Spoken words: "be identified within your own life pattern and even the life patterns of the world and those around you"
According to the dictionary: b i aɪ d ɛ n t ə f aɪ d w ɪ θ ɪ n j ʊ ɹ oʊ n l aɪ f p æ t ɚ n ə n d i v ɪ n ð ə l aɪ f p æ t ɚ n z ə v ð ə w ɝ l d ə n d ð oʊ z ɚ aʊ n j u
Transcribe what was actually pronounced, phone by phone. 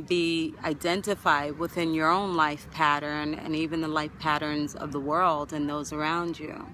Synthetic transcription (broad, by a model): b i aɪ d ɛ n t ə f aɪ d w ɪ θ ɪ n j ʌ ɹ oʊ n l aɪ f p æ t ɚ n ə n i v ɪ n ð ə l aɪ f p æ t ɚ n z ə v ð ə w ɝ l d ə n ð oʊ z ɚ aʊ n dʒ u